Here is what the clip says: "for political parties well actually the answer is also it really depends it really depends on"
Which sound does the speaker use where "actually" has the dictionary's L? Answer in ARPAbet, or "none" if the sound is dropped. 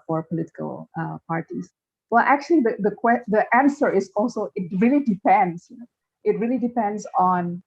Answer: W